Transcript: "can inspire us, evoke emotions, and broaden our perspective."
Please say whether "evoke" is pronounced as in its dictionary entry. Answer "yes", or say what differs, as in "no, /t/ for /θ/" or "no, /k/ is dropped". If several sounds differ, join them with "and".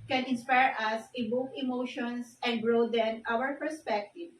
no, /b/ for /v/